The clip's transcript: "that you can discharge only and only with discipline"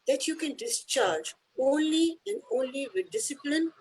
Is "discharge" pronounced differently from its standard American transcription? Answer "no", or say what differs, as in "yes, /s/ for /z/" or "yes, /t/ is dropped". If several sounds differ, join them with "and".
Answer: no